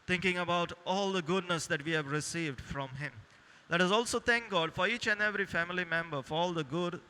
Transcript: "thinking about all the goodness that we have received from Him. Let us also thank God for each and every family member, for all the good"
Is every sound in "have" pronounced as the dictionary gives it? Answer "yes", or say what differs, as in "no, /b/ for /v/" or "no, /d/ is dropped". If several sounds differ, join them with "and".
yes